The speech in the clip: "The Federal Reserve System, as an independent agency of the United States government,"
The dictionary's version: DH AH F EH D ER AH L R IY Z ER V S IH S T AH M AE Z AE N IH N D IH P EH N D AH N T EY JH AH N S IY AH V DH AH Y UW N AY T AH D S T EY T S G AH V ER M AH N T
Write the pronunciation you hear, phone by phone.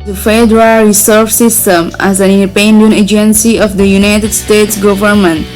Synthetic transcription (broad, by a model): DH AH F EH D ER AH L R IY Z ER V S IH S T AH M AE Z AE N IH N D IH P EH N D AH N EY JH AH N S IY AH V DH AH Y UW N AY T AH D S T EY T S G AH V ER M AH N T